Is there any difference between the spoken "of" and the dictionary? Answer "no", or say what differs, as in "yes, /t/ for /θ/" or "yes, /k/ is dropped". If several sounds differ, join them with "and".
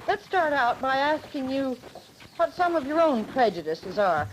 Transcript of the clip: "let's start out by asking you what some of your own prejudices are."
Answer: no